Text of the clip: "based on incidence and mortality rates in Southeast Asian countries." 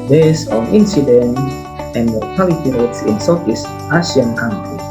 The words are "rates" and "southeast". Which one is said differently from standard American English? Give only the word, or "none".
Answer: southeast